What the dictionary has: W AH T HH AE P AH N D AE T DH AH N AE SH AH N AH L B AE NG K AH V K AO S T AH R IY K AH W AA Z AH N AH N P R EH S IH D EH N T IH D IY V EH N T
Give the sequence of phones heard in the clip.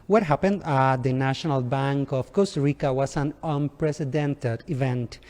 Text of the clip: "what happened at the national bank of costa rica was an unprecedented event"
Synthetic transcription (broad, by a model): W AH T HH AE P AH N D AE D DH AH N AE SH AH N AH L B AE NG K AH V K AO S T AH R IY K AH W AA S AH N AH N P R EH S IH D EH N T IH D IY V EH N T